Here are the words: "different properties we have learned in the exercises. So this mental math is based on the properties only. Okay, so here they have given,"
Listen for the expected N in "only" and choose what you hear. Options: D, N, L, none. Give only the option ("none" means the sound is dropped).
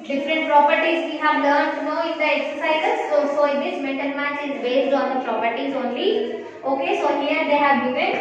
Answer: N